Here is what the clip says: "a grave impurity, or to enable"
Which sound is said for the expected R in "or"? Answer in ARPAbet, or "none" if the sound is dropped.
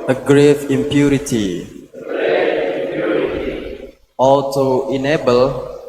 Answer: L